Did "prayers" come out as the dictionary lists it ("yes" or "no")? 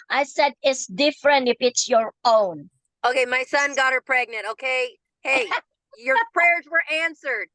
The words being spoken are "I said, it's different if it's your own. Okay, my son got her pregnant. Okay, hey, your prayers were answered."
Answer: yes